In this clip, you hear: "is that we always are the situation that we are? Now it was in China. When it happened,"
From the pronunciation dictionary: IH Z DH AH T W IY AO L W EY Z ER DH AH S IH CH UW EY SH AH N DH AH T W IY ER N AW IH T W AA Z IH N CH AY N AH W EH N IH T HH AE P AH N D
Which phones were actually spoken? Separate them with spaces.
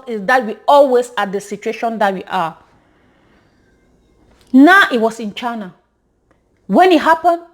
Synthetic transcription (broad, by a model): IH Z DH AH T W IY AO L W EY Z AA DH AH S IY CH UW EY SH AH N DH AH T W IY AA N AW IH T W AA S IH N CH AY N AH W EH N IH T HH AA P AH N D